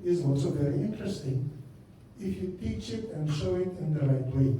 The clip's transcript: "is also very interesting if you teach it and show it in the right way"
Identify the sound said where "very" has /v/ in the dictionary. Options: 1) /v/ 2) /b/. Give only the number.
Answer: 1